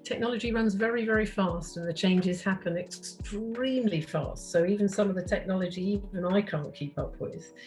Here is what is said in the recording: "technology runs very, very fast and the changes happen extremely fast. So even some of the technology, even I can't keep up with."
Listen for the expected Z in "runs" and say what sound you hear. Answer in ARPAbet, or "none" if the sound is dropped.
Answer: Z